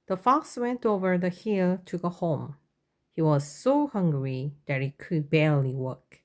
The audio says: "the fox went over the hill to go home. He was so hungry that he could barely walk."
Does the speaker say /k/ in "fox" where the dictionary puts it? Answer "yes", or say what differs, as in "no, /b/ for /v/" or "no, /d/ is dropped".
yes